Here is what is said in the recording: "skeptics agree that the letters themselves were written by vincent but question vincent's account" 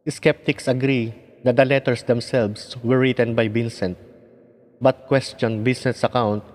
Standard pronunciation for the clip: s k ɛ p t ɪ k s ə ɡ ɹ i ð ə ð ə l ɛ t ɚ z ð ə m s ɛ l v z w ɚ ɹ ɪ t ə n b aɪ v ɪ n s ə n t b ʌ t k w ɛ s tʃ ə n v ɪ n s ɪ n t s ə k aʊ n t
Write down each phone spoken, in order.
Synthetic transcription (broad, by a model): s k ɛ p t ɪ k s ə ɡ ɹ i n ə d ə l ɛ t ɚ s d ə m s ɛ l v s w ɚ ɹ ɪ t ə n b aɪ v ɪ n s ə n t b ʌ t k w ɛ s tʃ ə n b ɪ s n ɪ s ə k aʊ n t